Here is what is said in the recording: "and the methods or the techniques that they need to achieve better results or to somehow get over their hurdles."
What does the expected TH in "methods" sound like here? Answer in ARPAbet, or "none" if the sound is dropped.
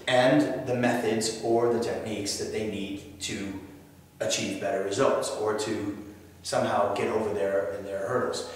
TH